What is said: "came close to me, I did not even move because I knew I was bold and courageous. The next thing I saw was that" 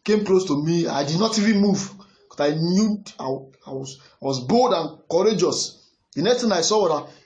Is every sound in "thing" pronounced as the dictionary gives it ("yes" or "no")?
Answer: no